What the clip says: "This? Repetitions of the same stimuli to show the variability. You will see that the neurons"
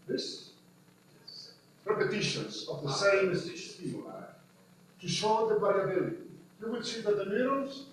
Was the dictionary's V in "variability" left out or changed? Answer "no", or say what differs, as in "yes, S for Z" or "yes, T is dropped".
yes, B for V